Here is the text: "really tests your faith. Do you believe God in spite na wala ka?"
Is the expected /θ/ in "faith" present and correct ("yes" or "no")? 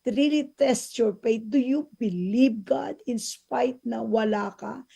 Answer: no